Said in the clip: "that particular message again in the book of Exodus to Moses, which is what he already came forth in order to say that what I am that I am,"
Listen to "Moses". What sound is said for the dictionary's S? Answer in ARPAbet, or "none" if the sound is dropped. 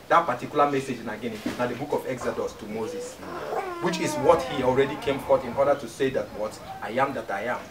S